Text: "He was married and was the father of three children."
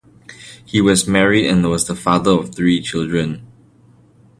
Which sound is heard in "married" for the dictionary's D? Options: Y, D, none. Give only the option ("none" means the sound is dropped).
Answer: D